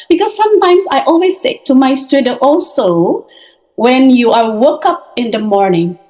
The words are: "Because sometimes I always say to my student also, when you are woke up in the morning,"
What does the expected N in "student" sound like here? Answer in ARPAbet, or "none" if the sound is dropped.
none